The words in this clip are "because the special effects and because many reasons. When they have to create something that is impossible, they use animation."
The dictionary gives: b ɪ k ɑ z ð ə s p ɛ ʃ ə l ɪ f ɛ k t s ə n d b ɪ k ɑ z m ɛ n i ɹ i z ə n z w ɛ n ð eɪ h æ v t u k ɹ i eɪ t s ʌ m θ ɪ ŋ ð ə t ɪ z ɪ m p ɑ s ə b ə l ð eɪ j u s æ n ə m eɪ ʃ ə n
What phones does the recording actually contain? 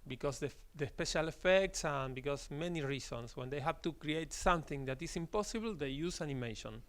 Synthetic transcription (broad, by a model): b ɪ k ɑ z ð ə s p ɛ ʃ ə l ɪ f ɛ k t s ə n b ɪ k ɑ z m ɛ n i ɹ i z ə n s w ɛ n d eɪ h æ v t u k ɹ i eɪ t s ʌ m θ ɪ ŋ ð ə t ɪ s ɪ m p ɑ s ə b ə l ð eɪ j u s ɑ n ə m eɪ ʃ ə n